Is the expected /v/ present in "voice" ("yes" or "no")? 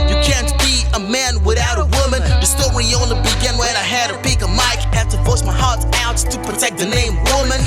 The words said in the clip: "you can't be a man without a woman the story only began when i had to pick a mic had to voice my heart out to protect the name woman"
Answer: no